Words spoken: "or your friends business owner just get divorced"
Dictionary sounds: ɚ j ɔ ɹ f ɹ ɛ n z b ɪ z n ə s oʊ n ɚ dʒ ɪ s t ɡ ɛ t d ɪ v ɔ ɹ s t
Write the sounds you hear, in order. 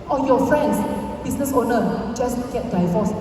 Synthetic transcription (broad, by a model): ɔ j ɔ f ɹ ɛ n s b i s n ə s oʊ n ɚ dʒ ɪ s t ɡ ɛ t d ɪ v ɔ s